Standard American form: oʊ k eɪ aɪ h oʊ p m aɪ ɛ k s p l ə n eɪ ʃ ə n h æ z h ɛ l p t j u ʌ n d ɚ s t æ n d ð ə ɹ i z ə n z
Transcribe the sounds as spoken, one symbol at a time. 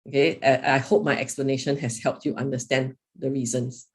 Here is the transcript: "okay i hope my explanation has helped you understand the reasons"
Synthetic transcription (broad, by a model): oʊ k eɪ aɪ h oʊ p m aɪ ɛ k s p l ə n eɪ ʃ ə n h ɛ s h ɛ l p t j u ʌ n d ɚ s t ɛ n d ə ɹ i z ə n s